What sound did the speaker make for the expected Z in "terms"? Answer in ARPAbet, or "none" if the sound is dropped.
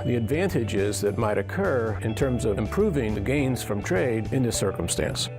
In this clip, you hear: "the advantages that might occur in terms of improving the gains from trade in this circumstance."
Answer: Z